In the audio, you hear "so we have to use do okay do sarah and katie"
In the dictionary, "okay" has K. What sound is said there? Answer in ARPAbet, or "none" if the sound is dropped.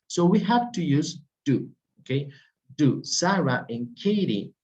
K